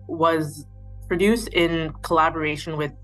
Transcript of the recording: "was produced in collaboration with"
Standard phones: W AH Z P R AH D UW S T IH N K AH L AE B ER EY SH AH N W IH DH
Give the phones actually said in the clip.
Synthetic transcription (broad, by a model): W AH Z P R AH D UW S T IH N K AH L AE B ER EY SH AH N W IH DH